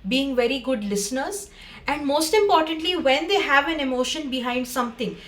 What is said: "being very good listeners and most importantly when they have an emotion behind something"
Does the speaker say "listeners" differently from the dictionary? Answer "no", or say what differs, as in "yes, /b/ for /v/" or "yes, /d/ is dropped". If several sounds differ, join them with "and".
no